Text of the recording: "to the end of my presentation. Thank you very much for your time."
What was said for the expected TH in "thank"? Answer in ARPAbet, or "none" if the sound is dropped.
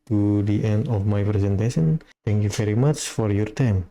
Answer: T